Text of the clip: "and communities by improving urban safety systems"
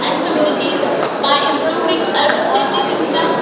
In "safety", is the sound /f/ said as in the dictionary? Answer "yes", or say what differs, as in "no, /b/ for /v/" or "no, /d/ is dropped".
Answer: no, /f/ is dropped